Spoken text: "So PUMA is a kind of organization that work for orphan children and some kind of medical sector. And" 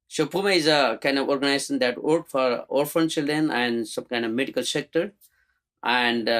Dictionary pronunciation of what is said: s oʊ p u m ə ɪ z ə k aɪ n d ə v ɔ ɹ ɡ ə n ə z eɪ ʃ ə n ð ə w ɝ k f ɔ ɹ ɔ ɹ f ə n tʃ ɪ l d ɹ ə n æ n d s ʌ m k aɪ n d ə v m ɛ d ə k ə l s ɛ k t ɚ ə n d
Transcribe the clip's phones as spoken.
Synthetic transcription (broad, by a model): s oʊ p u m ə ɪ z ə k aɪ n d ə v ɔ ɹ ɡ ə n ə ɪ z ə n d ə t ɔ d f ɔ ɹ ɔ ɹ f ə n tʃ ɪ l d ɹ ə n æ n d s ʌ m k aɪ n d ə v m ɛ d ə k ə l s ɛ k t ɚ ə n d